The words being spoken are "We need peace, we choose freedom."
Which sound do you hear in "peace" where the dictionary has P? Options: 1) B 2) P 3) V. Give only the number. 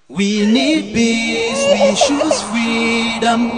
1